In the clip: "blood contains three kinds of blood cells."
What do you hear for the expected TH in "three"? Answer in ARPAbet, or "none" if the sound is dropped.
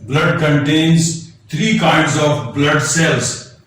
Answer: T